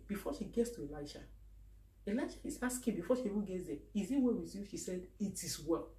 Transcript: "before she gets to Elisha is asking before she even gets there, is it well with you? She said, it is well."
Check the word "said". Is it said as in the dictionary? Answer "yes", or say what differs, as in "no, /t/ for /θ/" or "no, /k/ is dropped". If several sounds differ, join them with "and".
yes